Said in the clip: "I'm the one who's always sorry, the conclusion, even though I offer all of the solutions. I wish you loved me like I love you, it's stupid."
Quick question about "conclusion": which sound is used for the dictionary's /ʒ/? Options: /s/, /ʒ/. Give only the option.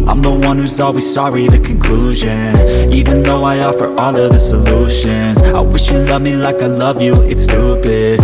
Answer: /ʒ/